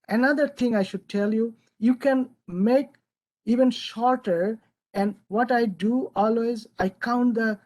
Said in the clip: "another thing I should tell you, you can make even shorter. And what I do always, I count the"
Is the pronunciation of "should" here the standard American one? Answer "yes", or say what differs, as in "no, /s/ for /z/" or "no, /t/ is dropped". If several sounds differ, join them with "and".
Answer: yes